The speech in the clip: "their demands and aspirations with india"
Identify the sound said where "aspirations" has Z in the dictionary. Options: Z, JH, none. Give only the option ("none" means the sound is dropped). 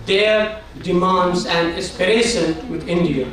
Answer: none